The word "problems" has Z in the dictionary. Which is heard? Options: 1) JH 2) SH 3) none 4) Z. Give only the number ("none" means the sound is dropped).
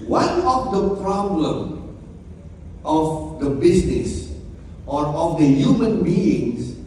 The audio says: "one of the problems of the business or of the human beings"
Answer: 3